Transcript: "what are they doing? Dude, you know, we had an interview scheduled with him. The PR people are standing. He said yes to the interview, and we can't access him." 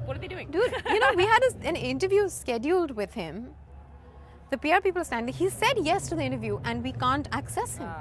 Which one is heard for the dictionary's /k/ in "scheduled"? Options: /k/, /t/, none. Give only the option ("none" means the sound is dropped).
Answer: /k/